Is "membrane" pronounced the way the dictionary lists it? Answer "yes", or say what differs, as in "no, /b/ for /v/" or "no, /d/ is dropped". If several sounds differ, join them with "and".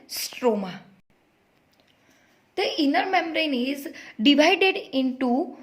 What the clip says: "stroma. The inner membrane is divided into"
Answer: no, /b/ is dropped